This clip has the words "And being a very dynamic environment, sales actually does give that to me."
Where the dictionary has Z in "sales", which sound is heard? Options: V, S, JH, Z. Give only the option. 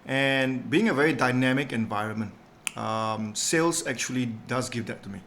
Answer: S